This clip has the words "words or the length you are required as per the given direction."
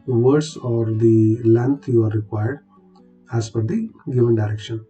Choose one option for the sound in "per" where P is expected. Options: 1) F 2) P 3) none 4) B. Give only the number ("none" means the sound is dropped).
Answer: 1